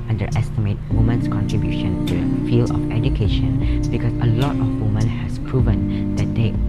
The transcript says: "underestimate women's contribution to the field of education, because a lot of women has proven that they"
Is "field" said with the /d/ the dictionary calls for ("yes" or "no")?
no